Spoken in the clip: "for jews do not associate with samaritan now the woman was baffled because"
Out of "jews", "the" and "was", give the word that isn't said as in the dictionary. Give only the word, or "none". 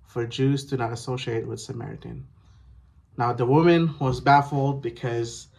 none